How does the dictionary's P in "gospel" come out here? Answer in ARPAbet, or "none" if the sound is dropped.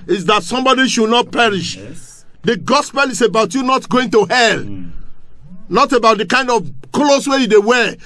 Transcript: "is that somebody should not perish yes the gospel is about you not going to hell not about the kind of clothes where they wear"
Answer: P